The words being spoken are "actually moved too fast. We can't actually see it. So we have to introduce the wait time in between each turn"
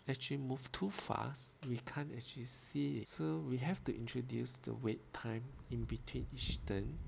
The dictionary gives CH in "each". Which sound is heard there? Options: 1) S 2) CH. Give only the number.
1